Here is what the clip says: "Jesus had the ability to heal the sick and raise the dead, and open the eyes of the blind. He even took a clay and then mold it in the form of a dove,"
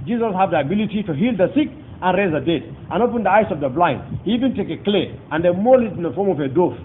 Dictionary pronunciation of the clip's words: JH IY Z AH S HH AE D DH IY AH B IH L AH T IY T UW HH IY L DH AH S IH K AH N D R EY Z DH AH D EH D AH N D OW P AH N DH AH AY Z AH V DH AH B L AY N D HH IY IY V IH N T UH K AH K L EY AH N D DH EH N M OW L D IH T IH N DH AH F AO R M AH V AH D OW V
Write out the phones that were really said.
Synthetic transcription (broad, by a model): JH IY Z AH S HH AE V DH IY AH B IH L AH T IY T UW HH IY L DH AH S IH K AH N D R EY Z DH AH D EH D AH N OW P AH N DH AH AY S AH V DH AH B L AY N D HH IY IY V IH N T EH K AH K L EY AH N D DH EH M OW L IH T IH N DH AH F AO R M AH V AH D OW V